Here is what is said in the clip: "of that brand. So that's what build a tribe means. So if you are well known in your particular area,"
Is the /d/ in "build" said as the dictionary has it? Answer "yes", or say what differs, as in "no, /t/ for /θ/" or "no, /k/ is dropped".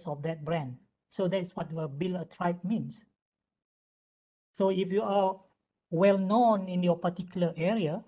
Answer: no, /d/ is dropped